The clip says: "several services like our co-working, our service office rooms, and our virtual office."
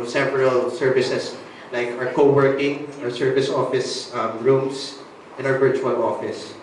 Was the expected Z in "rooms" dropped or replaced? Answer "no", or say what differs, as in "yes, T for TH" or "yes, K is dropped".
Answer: yes, S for Z